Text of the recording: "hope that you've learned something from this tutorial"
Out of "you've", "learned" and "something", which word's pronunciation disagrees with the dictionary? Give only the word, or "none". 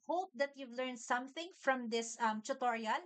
none